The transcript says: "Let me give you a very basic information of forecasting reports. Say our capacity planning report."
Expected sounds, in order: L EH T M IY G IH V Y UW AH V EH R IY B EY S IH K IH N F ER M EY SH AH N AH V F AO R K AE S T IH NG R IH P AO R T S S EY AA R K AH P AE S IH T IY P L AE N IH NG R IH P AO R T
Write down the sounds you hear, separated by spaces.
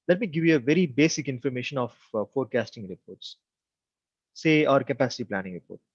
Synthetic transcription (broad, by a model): L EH T M IY G IH V Y UW AH V EH R IY B EY S IH K IH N F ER M EY SH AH N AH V F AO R K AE S T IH NG R IH P AO R T S S EY AA R K AH P AE S IH T IY P L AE N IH NG R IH P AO R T